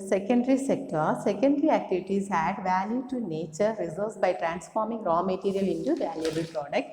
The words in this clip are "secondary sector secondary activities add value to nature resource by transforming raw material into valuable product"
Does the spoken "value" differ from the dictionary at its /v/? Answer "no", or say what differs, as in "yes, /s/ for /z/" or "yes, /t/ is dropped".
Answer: no